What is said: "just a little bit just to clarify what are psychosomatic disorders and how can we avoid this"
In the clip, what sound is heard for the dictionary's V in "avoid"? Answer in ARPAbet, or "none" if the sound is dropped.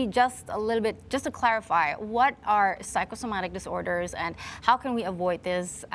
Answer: V